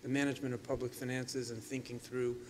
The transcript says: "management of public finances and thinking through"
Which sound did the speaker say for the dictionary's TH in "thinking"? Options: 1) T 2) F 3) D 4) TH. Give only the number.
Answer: 4